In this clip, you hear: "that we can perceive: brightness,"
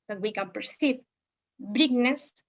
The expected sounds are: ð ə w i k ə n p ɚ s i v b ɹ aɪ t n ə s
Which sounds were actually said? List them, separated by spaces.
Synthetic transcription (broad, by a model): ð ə w i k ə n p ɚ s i p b ɹ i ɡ n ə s